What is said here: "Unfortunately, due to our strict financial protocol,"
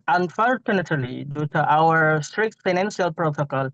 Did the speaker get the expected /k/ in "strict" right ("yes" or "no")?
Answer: yes